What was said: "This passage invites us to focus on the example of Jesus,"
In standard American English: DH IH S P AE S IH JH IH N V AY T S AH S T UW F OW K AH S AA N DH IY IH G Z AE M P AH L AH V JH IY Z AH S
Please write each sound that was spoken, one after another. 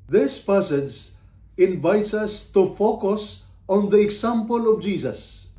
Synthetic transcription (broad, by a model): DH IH S P AE S IH JH IH N V AY T S AH S T UW F OW K AH S AA N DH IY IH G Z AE M P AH L AH V JH IY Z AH S